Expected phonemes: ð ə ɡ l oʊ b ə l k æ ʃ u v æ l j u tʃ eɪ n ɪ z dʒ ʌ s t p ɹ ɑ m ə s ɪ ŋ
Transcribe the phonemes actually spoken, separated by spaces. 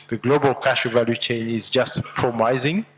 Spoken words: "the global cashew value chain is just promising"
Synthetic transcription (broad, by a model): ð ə ɡ l oʊ b ə l k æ ʃ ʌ v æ l j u tʃ eɪ n ɪ z dʒ ʌ s t p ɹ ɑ m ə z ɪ ŋ